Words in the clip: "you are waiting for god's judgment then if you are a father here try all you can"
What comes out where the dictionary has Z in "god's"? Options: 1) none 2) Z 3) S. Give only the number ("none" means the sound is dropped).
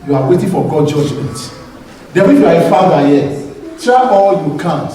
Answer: 1